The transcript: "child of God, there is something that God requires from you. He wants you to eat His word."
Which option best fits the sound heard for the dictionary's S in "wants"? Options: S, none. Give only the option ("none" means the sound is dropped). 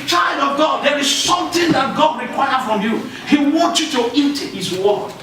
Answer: none